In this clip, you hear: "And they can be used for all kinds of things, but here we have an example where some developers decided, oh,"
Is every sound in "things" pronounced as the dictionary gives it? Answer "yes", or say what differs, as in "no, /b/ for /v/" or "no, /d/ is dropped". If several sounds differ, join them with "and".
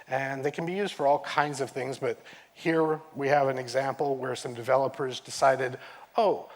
yes